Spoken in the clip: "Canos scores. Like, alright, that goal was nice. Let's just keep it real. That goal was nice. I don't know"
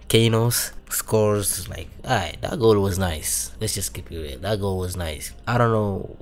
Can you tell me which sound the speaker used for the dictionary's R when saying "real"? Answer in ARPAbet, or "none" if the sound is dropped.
W